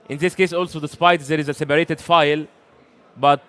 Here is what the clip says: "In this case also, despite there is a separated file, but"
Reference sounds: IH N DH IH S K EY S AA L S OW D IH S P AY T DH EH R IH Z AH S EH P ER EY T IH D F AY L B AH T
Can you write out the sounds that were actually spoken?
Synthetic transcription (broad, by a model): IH N DH IH S K EY S AA L S OW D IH S P AY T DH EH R IH Z AH S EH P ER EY T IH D F AY L B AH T